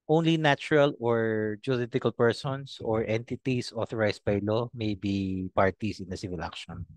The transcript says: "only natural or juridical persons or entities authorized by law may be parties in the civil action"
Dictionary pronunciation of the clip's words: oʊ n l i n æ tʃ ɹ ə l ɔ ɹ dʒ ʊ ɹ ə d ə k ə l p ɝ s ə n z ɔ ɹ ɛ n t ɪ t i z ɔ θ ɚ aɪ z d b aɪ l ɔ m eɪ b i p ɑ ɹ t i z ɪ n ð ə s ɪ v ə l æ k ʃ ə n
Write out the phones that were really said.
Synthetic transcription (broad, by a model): oʊ n l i n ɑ tʃ ɹ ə l ɔ ɹ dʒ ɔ l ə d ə k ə l p ɝ s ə n s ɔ ɹ ɛ n t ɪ t i s ɔ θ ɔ aɪ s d b aɪ l ɔ m eɪ b i p ɑ ɹ t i s ɪ n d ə s ɪ v ə l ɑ k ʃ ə n